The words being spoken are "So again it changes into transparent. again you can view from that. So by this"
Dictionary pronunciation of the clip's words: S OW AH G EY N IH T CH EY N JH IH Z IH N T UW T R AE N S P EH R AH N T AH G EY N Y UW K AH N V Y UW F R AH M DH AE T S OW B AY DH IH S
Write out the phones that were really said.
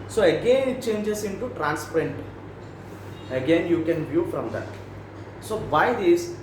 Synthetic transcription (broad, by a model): S OW AH G EY N IH T CH EY N JH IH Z IH N T UW T R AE N S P R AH N T AH G EY N Y UW K AH N V Y UW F R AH M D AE T S OW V AY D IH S